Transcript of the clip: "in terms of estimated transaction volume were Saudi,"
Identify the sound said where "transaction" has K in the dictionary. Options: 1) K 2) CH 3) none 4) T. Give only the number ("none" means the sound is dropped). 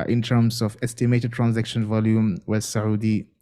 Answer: 1